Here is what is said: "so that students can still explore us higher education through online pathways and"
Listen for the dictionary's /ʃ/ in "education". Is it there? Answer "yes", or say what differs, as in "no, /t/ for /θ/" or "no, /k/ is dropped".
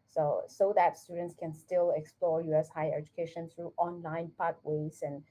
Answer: yes